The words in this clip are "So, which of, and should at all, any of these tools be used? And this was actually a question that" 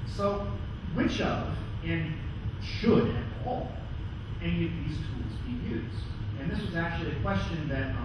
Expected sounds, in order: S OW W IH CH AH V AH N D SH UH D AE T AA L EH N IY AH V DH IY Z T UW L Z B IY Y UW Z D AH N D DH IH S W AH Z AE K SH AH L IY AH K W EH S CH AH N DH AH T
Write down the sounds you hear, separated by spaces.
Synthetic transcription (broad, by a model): S OW W IH CH AH V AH N SH UH D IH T AA L EH N IY AH V DH IY Z T UW L Z B IY Y UW Z D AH N DH IH S W AH Z AE K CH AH L IY AH K W EH S CH AH N DH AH T